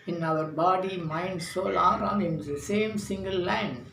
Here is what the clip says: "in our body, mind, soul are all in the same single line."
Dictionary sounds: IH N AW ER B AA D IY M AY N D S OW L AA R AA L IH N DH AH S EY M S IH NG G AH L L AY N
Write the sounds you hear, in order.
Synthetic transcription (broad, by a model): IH N AW ER B AA D IY M AY N D S OW L AA R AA N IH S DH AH S EY M S IH NG G AH L L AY N